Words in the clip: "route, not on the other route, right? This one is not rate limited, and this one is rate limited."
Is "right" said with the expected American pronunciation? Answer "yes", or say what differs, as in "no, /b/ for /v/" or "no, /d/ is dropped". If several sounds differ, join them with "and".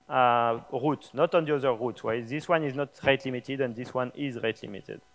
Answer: no, /w/ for /ɹ/